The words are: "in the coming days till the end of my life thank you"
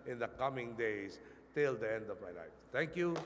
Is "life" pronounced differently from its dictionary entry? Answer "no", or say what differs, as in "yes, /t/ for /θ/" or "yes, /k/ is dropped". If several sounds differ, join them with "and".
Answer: yes, /n/ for /l/